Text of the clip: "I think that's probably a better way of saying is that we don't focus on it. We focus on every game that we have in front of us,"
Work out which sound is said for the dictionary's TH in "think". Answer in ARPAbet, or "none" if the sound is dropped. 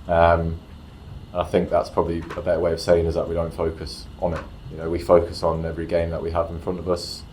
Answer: TH